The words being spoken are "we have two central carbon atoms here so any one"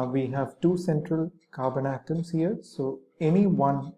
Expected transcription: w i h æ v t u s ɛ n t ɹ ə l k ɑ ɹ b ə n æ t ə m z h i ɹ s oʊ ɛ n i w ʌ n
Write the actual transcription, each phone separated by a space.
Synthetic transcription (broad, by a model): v i h æ v t u s ɛ n t ɹ ə l k ɑ ɹ b ə n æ t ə m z h i ɹ s oʊ ɛ n i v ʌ n